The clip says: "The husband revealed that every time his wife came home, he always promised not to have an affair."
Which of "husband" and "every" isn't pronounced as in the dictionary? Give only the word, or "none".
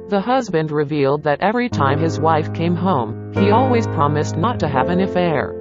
none